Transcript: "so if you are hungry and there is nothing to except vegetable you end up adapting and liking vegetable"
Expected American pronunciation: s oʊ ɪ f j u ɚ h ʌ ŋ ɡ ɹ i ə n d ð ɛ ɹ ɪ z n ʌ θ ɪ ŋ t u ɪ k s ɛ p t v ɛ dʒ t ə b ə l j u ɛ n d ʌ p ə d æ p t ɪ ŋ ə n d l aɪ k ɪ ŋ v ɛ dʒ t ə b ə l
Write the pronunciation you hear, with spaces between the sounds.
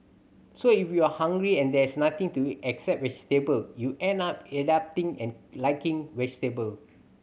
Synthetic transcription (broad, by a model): s oʊ ɪ f j u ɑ h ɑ ŋ ɡ ɹ i ə n d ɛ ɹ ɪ s n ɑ t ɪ ŋ t u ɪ k s ɛ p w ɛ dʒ t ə b ə l j u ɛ n ɑ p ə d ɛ p t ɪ ŋ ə n l aɪ k ɪ ŋ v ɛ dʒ t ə b ə l